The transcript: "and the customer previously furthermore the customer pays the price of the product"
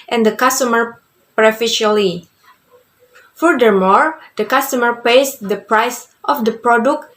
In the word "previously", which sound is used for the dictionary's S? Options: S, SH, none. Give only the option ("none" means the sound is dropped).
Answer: none